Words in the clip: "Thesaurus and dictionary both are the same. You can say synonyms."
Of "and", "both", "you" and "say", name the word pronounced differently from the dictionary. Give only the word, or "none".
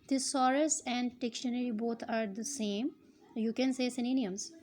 both